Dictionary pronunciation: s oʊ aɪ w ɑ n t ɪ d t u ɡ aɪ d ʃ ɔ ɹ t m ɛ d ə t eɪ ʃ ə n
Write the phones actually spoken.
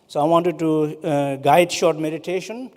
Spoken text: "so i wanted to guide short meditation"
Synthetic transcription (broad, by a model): s oʊ aɪ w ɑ n t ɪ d t u ɡ aɪ d ʃ ɔ ɹ t m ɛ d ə t eɪ ʃ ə n